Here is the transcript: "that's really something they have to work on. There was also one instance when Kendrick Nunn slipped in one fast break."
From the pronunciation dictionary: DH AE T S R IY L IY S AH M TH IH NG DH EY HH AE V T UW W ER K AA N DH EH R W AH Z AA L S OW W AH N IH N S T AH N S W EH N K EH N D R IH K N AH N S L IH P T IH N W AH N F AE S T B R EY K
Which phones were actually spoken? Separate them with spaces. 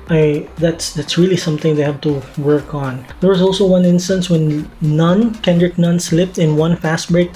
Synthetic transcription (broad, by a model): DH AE T S R IY L IY S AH M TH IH NG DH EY HH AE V T UW W ER K AA N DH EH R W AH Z AA L S OW W AH N IH N S T AH N S W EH N K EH N D R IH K N AH N S L IH P T IH N W AH N F AE S T B R EY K